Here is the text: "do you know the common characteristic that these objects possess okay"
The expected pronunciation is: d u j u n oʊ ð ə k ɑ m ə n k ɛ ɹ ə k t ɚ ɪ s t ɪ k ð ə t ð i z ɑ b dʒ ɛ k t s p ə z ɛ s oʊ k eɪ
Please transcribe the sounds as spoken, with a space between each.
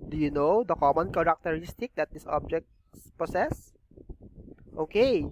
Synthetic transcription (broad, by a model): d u j u n oʊ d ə k ɑ m ə n k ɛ ɹ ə k t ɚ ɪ s t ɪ k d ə t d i s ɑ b dʒ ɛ k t s p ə s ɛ s oʊ k eɪ